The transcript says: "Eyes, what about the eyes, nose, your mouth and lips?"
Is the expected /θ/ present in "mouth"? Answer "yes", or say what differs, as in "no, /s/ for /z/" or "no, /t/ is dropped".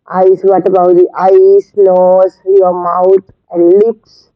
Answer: no, /t/ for /θ/